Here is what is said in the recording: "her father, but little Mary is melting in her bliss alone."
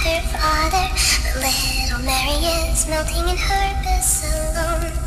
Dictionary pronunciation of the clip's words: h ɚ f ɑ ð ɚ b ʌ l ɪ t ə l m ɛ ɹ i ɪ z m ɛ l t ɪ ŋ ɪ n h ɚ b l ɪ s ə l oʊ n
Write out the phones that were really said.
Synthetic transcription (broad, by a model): h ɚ f ɑ ð ɚ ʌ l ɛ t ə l m ɛ ɹ i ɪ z m ɛ l t ɪ ŋ ɪ n h ɚ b ɪ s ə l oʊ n